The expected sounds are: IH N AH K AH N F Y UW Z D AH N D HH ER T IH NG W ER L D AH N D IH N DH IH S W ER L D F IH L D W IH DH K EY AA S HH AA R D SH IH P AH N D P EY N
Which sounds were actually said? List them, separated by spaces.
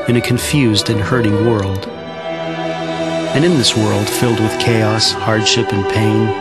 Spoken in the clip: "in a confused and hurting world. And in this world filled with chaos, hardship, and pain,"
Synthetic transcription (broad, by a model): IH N AH K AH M F Y UW Z D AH N HH ER T IH NG W ER L D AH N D IH N DH IH S W ER L D F IH L D W IH DH K EY AA S HH AA R D SH IH P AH N P EY N